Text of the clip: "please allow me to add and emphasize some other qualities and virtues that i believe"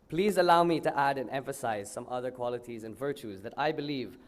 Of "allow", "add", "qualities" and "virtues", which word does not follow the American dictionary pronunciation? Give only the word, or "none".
none